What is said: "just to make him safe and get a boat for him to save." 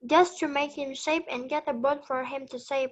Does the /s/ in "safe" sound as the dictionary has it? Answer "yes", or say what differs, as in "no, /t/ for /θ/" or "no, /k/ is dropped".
no, /ʃ/ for /s/